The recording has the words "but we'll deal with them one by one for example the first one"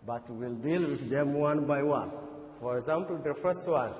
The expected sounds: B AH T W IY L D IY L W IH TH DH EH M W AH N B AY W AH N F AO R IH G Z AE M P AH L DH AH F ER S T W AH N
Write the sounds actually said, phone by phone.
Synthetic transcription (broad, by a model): B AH T W IY L D IY L W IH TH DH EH M W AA N B AY W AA N F AO R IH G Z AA M P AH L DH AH F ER S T W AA N